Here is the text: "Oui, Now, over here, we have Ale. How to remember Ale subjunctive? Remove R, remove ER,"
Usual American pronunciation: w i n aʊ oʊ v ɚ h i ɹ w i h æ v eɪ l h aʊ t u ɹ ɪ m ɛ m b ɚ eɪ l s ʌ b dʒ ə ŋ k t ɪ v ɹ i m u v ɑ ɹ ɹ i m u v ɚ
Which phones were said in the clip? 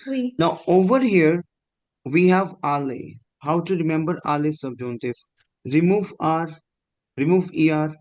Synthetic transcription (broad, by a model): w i n aʊ oʊ v ɚ h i ɹ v i h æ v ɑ l h aʊ t u ɹ ɪ m ɛ m b ɚ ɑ l s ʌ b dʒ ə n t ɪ f ɹ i m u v ɑ ɹ ɹ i m u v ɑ